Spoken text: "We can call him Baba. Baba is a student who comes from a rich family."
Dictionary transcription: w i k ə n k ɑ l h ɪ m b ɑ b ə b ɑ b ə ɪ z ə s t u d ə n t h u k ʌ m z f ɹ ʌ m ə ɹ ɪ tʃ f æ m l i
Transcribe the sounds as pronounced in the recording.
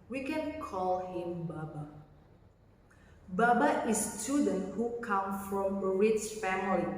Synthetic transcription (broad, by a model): w i k ə n k ɑ l h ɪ m b ɑ b ə b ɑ b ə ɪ ə s t u d ə n t h u k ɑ m f ɹ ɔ m ə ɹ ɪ s f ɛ m l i